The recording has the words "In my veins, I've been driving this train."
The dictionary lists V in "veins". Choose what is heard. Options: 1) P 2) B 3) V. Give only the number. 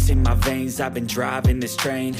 3